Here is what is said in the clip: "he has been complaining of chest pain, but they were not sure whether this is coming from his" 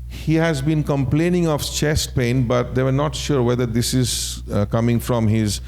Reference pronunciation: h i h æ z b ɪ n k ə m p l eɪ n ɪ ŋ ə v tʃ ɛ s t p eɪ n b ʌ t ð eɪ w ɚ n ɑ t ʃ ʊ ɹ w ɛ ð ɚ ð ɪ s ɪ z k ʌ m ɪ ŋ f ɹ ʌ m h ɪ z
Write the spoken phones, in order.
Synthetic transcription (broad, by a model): h i h æ z b ɪ n k ə m p l eɪ n ɪ ŋ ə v tʃ ɛ s t p eɪ n b ʌ t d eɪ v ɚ n ɑ t ʃ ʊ ɹ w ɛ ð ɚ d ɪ s ɪ z k ʌ m ɪ ŋ f ɹ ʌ m h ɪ z